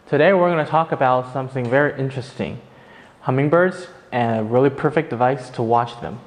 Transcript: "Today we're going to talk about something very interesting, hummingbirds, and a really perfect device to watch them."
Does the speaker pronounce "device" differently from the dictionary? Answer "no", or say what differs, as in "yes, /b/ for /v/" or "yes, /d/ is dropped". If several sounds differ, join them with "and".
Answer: no